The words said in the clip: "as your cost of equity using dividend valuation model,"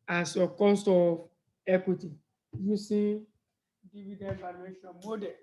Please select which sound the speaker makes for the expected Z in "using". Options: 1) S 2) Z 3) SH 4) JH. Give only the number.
1